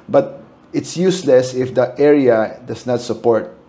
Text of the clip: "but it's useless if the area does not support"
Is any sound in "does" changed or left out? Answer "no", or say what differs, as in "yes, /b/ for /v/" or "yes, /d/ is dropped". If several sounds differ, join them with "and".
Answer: yes, /s/ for /z/